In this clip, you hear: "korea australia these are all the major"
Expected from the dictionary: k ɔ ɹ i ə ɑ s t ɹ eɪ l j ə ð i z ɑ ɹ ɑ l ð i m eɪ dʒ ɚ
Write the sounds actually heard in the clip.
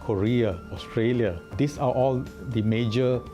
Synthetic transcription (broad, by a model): k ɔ ɹ i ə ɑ s t ɹ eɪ l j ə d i s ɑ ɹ ɑ l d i m eɪ dʒ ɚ